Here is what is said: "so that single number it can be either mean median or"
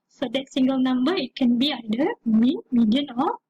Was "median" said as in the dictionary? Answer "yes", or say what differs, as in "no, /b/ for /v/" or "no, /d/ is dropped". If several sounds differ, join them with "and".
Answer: yes